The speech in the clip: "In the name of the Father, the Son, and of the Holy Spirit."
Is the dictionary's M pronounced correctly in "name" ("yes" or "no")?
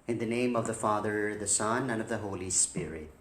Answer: yes